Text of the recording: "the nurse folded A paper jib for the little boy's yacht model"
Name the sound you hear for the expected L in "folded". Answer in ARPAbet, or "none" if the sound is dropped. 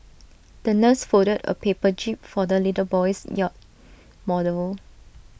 none